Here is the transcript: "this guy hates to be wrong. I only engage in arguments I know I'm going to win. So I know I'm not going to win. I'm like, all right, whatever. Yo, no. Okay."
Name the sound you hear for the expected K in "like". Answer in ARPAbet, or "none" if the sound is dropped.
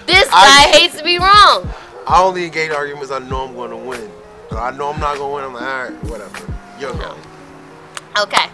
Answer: none